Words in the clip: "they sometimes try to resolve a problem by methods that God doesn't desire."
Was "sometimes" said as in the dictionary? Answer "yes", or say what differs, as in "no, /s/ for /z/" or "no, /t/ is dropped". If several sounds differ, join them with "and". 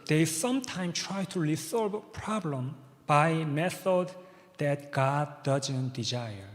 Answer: no, /z/ is dropped